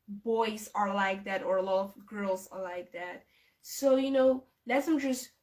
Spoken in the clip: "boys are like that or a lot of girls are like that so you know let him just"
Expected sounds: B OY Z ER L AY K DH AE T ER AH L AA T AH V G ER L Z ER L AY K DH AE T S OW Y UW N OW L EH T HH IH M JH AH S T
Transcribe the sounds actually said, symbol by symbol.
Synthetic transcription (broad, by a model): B OY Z ER L AY K DH AE T ER AH L AA T AH V G ER L Z ER L AY K DH AE T S OW Y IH N OW L EH T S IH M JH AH S T